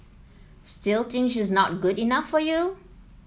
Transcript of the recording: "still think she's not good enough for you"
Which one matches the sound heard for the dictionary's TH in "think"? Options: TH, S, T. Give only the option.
T